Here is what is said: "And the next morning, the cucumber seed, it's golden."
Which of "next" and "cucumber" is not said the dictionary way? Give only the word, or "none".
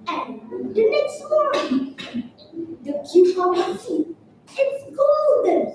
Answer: cucumber